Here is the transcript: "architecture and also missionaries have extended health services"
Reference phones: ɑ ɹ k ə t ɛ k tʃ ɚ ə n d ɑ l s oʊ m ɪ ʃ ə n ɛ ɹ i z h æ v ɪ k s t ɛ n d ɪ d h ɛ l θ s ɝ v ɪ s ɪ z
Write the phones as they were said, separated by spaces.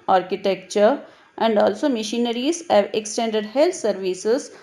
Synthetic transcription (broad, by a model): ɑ ɹ k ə t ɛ k tʃ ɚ ə n d ɑ l s oʊ m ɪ ʃ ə n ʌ ɹ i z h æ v ɪ k s t ɛ n d ɪ d h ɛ l t s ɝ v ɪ s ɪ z